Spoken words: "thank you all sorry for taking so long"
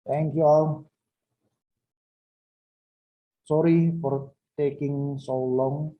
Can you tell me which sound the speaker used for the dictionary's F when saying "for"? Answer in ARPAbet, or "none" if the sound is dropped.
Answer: P